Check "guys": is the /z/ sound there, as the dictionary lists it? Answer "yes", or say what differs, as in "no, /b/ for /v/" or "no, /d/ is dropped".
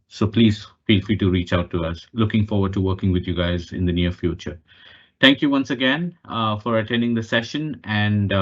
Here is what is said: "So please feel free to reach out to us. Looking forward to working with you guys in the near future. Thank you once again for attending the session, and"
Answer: yes